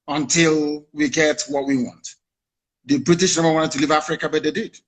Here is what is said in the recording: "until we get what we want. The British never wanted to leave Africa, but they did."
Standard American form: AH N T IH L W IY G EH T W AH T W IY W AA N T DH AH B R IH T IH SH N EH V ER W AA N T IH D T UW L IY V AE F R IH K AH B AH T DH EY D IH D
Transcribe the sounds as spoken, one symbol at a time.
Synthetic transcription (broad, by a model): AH N T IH L W IY G EH T W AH T W IY W AA N T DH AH B R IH T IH SH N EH B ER W AA N T IH D T UW L IY V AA F R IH K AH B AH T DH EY D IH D